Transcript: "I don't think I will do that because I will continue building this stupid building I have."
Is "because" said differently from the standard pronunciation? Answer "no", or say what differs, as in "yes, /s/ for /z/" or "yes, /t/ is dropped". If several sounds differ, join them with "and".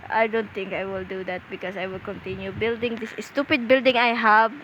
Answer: yes, /s/ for /z/